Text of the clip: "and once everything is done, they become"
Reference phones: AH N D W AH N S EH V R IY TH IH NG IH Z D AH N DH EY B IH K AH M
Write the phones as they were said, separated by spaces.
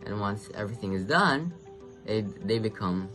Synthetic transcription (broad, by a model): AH N W AH N S EH V R IY TH IH NG IH Z D AH N DH EY B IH K AH M